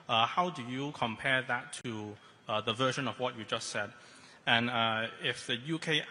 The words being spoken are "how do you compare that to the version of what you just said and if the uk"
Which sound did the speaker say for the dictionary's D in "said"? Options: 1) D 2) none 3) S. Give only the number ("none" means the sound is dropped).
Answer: 1